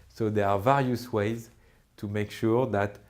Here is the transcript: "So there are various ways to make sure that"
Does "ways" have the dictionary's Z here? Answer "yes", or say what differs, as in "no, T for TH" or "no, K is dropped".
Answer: yes